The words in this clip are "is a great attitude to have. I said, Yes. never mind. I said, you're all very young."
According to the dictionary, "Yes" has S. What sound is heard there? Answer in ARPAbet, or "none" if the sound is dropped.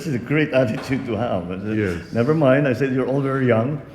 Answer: none